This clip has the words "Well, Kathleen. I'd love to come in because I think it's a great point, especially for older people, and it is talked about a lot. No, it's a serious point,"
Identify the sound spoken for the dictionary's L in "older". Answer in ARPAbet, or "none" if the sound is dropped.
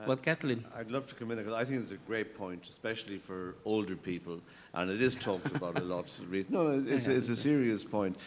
L